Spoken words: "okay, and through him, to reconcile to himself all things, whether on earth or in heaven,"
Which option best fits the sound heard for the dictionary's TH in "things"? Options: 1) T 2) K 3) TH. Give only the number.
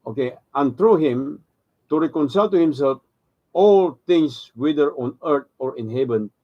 1